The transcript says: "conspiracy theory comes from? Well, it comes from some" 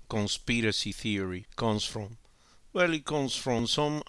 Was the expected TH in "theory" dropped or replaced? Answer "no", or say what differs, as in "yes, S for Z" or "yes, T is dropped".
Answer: no